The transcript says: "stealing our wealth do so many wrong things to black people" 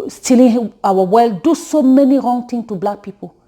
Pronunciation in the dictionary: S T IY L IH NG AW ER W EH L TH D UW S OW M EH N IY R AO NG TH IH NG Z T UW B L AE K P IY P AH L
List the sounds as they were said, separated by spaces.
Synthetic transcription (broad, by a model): S T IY L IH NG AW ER W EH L D UW S OW M EH N IY R AO NG T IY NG T UW B L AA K P IY P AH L